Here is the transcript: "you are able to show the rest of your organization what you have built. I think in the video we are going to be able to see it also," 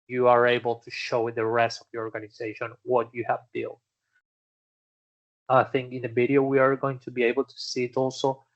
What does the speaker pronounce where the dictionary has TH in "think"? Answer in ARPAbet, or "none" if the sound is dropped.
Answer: TH